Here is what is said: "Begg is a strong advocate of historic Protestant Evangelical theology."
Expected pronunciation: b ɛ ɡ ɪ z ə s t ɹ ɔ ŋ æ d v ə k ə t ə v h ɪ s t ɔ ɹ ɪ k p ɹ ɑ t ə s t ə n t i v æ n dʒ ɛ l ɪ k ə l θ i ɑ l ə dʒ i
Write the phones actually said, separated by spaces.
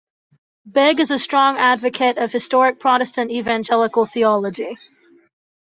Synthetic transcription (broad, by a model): b ɛ ɡ ɪ z ə s t ɹ ɔ ŋ æ d v ə k ə t ə v h ɪ s t ɔ ɹ ɪ k p ɹ ɑ t ə s t ə n t i v æ n dʒ ɛ l ɪ k ə l θ i ɑ l ə dʒ i